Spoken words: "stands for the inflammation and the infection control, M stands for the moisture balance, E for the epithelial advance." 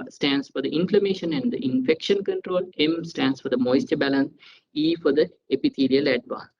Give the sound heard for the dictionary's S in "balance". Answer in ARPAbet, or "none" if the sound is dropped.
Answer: S